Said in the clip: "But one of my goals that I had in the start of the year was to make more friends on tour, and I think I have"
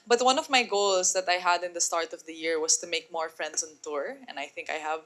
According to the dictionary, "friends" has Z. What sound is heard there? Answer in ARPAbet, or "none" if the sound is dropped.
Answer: S